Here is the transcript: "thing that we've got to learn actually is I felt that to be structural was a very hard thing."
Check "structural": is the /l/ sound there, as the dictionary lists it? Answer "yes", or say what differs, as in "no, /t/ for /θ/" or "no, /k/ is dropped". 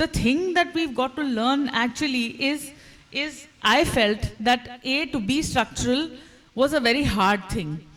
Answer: yes